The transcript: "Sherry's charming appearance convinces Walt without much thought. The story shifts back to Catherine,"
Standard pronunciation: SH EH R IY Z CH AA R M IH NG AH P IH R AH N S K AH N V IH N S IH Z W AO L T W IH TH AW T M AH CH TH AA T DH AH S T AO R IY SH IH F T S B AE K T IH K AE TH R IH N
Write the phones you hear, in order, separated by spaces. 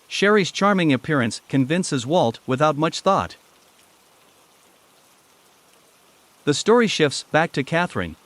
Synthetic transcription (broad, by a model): SH EH R IY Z CH AA R M IH NG AH P IH R AH N S K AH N V IH N S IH Z W AO L T W IH TH AW T M AH CH TH AA T DH AH S T AO R IY SH IH F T S B AE K T IH K AE TH R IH N